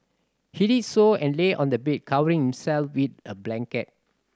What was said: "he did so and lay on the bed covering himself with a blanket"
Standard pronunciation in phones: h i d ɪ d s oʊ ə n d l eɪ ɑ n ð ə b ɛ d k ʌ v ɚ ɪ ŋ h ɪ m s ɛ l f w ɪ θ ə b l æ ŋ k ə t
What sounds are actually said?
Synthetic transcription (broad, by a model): h i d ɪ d s oʊ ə n l eɪ ɑ n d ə b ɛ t k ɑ w ɚ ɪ ŋ h ɪ m s ɛ l f w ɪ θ ə b l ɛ ŋ k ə t